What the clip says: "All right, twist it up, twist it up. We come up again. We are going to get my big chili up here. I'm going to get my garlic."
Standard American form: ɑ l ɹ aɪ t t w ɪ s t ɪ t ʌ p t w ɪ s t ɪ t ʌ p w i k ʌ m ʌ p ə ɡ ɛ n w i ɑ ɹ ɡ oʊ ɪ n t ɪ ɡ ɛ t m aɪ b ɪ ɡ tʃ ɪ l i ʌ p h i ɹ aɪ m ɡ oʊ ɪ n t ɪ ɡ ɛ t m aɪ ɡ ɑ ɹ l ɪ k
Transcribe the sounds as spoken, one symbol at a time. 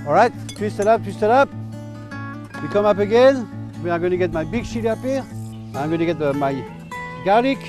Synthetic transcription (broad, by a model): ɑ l ɹ aɪ t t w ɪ s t ɪ t ʌ p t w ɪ s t ɪ t ʌ p w i k ʌ m ʌ p ə ɡ ɛ n w i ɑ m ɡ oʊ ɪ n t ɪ ɡ ɛ t m aɪ b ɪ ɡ s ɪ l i ʌ p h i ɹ aɪ m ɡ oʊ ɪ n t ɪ ɡ ɛ t m aɪ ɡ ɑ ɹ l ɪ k